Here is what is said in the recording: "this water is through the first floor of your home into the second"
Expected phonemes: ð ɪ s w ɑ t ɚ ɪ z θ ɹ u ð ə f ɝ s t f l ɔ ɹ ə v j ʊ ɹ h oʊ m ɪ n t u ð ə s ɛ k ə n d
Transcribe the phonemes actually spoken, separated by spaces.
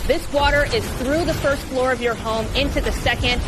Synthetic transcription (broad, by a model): ð ɪ s w ɑ t ɚ ɪ z θ ɹ u ð ə f ɝ s t f l ɔ ɹ ə v j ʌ ɹ h oʊ m ɪ n t u ð ə s ɛ k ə n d